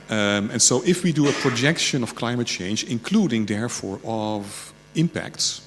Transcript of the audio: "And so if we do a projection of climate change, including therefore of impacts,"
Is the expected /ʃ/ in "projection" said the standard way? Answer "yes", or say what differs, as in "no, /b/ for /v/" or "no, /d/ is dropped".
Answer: yes